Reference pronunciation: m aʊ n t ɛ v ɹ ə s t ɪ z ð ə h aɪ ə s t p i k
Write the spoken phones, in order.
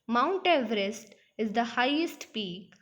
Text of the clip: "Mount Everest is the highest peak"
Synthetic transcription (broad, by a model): m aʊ n t ɛ v ɹ ə s t ɪ z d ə h aɪ ə s t p i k